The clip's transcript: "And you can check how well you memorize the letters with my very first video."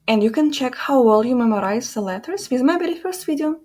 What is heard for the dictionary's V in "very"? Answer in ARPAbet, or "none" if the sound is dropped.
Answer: B